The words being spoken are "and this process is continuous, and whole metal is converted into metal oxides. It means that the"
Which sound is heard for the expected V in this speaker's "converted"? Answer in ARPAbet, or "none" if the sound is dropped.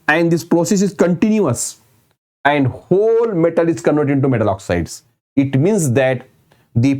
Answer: none